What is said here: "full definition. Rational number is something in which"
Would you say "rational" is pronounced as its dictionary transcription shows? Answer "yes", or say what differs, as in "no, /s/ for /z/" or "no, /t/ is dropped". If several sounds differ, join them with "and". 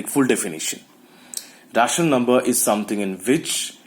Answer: no, /n/ is dropped and /n/ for /l/